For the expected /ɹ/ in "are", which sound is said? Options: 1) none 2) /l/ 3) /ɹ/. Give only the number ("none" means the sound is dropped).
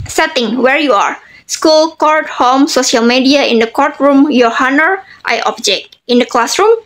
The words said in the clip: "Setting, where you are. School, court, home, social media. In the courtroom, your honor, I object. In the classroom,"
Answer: 3